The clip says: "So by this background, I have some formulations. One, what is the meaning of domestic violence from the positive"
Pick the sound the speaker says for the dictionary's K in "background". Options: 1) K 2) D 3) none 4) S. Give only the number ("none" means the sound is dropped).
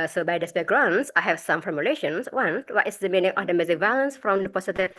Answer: 3